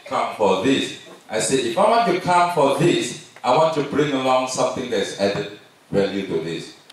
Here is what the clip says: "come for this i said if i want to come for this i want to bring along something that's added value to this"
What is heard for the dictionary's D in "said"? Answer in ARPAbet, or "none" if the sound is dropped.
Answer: none